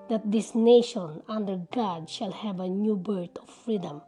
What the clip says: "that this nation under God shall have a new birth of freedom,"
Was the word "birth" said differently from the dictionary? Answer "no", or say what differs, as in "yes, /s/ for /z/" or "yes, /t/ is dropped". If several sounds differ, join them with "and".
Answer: yes, /t/ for /θ/